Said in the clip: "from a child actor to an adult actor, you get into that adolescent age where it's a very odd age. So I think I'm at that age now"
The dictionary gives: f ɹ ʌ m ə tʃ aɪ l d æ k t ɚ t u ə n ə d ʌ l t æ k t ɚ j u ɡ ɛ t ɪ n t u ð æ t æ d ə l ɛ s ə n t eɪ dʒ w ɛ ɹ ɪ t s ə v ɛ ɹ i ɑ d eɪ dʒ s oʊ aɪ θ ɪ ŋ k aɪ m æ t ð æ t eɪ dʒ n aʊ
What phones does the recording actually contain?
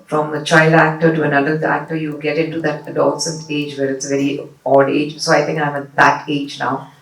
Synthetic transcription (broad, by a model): f ɹ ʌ m ə tʃ aɪ l d æ k t ɚ t u ə n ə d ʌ t æ k t ɚ j u ɡ ɛ t ɪ n t u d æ t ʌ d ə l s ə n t eɪ dʒ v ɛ ɹ ɪ t s ə v ɛ ɹ i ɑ d eɪ dʒ s oʊ aɪ t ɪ ŋ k aɪ m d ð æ t eɪ dʒ n aʊ